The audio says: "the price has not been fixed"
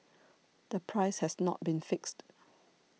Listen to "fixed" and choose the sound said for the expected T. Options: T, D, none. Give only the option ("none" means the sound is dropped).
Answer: T